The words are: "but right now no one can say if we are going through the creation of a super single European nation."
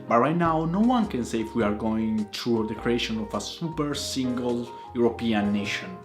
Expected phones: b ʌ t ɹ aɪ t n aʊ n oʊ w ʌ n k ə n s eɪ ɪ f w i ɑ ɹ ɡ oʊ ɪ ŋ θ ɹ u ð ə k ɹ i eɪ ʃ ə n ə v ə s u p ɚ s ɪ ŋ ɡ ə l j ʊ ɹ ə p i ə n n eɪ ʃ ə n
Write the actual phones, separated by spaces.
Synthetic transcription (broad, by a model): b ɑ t ɹ aɪ t n aʊ n oʊ w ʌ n k ə n s eɪ ɪ f w i ɑ ɹ ɡ oʊ ɪ ŋ t ɹ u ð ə k ɹ i eɪ ʃ ə n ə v ə s u p ɚ s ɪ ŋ ɡ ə l j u ɹ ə p i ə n n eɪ ʃ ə n